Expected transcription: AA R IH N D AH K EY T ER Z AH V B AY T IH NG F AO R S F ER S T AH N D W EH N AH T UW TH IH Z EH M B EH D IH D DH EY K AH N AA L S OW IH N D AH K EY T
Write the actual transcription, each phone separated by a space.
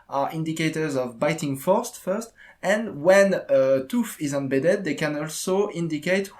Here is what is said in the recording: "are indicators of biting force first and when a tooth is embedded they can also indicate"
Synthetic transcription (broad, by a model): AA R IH N D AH K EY T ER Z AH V B AY T IH NG F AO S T F ER S T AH N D W EH N AH T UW F IH Z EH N B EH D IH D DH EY K AH N AA L S OW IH N D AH K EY T